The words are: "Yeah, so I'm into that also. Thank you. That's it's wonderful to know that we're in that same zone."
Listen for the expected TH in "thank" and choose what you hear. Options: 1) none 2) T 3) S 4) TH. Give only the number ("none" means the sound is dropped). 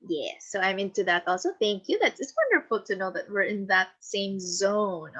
4